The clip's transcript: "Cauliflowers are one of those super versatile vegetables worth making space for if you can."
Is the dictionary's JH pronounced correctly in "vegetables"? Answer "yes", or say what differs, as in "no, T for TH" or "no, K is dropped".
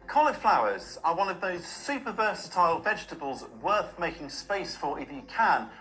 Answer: yes